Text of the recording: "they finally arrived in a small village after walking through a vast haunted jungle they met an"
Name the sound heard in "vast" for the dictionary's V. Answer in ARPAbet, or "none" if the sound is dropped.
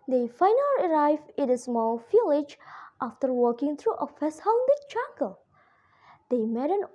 F